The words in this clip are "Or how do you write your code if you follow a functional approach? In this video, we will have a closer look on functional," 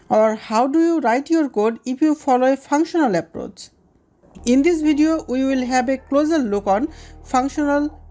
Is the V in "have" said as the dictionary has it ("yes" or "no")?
no